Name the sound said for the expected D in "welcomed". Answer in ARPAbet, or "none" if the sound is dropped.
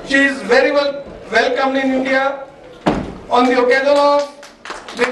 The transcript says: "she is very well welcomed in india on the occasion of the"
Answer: none